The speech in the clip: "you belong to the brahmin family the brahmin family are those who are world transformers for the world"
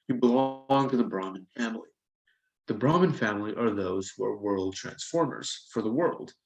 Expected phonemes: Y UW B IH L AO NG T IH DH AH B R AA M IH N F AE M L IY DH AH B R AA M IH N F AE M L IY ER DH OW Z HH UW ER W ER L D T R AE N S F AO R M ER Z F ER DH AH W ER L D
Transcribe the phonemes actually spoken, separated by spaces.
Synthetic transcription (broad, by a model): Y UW B IH L AO NG T IH DH AH B R AA M IH N F AE M L IY DH AH B R AA M IH N F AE M L IY ER DH OW Z HH UW ER W ER L D T R AE N S F AO R M ER Z F ER DH AH W ER L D